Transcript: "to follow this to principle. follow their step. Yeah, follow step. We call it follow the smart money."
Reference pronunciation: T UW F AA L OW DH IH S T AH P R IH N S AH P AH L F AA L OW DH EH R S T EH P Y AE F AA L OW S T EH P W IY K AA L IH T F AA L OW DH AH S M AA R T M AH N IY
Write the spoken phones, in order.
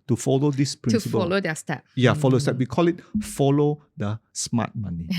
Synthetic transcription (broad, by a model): T UW F AA L OW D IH S P R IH S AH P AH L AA L OW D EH S T EH P Y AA F AA L OW S T EH P W IY K AA L IH T F AA L OW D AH S M AA T M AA N IY